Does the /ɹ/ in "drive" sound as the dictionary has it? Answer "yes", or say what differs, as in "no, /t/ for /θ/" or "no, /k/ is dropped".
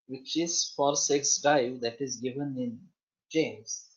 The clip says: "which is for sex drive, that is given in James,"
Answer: no, /ɹ/ is dropped